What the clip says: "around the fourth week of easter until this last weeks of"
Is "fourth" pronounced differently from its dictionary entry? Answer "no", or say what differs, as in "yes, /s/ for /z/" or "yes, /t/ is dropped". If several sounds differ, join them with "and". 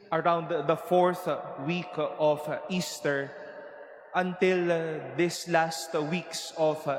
no